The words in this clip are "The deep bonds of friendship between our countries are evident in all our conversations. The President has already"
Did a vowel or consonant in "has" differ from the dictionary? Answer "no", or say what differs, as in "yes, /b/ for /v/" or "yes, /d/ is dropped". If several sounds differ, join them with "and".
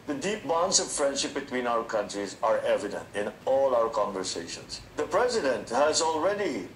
no